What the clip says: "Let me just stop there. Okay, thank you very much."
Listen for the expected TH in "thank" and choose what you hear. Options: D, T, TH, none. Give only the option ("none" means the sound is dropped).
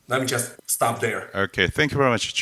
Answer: TH